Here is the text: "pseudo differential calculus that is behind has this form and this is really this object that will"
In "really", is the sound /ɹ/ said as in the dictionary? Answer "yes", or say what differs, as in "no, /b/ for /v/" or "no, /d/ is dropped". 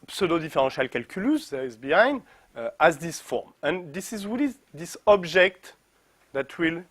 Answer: no, /w/ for /ɹ/